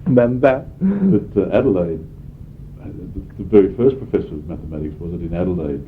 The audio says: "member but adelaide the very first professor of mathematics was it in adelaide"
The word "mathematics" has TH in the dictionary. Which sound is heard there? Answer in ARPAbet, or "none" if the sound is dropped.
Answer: TH